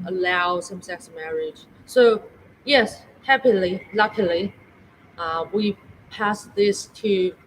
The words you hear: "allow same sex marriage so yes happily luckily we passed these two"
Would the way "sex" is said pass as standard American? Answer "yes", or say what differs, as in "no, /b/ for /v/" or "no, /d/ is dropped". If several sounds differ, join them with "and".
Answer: yes